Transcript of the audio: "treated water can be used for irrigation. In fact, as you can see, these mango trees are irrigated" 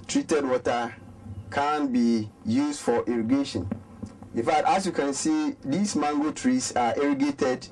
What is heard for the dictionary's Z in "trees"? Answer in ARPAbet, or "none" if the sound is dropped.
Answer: S